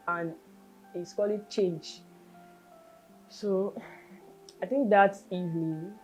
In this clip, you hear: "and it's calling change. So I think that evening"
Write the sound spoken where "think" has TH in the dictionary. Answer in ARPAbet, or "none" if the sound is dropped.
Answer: T